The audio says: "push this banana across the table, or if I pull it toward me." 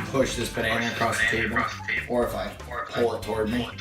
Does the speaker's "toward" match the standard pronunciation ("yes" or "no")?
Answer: yes